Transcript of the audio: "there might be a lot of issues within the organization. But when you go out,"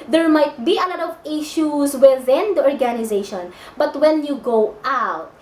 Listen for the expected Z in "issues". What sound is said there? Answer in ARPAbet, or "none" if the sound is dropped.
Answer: S